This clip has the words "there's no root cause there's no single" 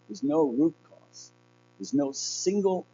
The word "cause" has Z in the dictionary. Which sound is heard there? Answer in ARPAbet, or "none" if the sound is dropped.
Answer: S